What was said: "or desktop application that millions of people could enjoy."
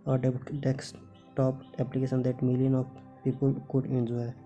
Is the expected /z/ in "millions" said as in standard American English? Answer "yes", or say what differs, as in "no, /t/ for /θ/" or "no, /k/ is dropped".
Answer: no, /z/ is dropped